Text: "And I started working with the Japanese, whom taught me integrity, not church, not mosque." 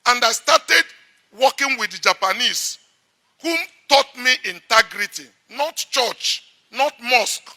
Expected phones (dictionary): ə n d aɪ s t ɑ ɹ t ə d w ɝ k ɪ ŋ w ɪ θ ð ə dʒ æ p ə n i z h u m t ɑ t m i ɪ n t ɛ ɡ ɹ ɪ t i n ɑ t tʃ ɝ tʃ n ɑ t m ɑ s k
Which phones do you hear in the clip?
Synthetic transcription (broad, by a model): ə n d aɪ s t ɑ t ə d w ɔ k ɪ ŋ w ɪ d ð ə dʒ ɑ p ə n i s h u m t ɑ t m i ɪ n t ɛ ɡ ɹ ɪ t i n ɑ t tʃ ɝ tʃ n ɑ t m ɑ s k